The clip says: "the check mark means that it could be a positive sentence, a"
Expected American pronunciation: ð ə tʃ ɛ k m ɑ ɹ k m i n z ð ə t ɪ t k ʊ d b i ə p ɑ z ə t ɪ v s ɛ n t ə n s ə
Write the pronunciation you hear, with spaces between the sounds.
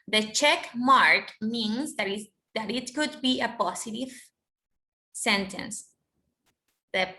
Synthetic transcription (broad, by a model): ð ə tʃ ɛ k m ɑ ɹ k m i n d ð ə t ɪ t k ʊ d b i ə p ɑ s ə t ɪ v s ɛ n t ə n s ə